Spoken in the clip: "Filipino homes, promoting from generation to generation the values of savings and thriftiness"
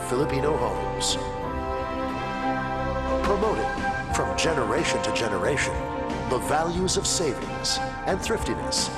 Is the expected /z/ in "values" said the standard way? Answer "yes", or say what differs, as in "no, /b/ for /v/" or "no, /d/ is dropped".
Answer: yes